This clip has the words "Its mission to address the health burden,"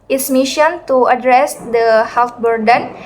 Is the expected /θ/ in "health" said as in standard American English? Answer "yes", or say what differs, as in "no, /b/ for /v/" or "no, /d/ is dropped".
no, /t/ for /θ/